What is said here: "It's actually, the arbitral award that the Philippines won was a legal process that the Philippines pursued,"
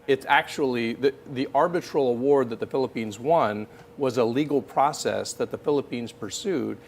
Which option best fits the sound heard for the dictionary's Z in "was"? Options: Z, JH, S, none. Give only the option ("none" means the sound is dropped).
Z